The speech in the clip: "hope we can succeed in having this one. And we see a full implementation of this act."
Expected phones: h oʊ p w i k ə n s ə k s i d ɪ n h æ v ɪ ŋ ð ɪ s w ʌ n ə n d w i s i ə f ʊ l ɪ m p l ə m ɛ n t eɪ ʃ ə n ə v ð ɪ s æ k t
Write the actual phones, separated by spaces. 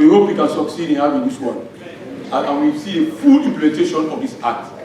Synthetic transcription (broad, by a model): h oʊ p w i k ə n s ə k s i d ɪ n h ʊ w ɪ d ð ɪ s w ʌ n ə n w i s i ə f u l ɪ m p l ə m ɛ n t eɪ ʃ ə n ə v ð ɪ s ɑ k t